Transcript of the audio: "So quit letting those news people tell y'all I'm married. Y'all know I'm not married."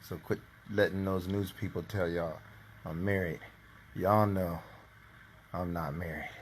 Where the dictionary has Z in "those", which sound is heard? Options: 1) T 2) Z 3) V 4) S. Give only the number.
2